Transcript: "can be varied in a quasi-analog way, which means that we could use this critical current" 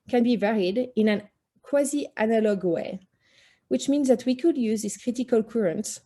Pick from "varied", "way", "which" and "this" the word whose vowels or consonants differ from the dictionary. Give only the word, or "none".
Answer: none